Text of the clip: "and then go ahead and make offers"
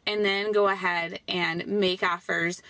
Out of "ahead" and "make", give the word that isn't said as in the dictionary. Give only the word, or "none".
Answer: none